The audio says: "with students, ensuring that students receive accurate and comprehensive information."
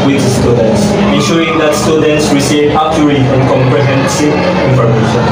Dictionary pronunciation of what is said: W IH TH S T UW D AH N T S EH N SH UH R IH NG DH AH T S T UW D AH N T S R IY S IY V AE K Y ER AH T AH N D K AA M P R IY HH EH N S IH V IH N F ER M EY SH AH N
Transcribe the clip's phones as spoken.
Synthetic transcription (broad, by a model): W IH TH S T UW D AH N T S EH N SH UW R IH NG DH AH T S T UW D AH N T S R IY S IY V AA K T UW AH AH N K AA M P R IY HH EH N S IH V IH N F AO M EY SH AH N